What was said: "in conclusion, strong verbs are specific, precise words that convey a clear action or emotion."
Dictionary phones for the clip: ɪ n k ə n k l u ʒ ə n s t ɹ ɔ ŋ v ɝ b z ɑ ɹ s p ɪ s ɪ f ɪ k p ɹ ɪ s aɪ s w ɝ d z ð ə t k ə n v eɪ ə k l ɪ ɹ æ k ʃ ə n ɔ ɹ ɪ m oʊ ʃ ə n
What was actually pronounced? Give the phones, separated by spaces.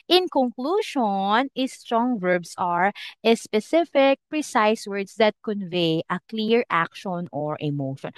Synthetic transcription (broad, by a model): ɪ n k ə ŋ k l u ʃ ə n s t ɹ ɔ ŋ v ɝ b s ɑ ɹ s p ɪ s ɪ f ɪ k p ɹ ɪ s aɪ s w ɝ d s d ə t k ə n v eɪ ə k l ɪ ɹ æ k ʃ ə n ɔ ɹ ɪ m oʊ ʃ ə n